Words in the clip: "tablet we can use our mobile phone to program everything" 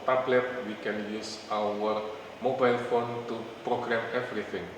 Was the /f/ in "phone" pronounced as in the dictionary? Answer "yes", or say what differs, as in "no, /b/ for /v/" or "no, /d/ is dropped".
yes